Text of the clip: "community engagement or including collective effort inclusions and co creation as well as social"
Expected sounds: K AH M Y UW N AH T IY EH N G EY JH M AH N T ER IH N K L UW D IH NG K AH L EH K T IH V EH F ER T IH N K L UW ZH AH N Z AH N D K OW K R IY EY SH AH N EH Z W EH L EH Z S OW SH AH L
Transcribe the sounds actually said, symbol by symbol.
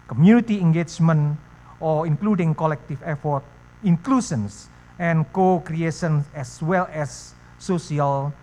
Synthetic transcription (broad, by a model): K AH M Y UW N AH T IY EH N G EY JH M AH N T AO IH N K L UW D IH NG K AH L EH K T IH F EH F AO T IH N K L UW SH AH N S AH N K OW K R IY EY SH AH N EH S W EH L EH S OW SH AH L